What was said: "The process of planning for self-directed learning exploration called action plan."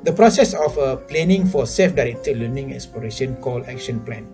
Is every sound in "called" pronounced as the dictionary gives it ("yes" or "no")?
no